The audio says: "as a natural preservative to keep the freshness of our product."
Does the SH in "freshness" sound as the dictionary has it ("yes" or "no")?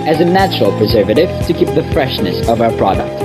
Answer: yes